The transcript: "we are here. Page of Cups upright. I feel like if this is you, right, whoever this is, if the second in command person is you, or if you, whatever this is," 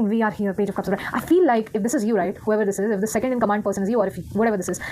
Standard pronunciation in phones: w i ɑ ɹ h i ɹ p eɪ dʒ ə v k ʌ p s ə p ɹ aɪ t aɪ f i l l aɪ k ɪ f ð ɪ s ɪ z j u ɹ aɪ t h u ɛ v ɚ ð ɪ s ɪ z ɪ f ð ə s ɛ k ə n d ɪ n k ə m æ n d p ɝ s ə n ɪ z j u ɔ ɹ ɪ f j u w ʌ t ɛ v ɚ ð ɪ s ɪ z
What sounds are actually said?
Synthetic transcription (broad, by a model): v i ɑ ɹ h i ɹ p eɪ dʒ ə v k ʌ p s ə ɹ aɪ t aɪ f i l l aɪ k ɪ f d ɪ s ɪ z j u ɹ aɪ t h u ɛ v ɚ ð ɪ s ɪ z ɪ f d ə s ɛ k ə n d ɪ n k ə m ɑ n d p ɝ s ə n ɪ z j u ɔ ɹ ɪ f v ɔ t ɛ v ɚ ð ɪ s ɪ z